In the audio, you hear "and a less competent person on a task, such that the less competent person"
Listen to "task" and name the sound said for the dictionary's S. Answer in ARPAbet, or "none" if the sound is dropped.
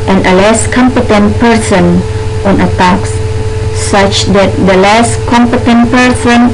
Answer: none